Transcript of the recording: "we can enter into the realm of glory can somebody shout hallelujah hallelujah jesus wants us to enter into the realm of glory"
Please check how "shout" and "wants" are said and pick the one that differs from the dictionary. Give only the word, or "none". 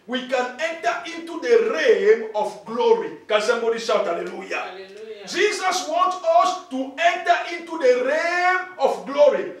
wants